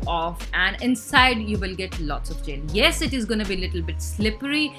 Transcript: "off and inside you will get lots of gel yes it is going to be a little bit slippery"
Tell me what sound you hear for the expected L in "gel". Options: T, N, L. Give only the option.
N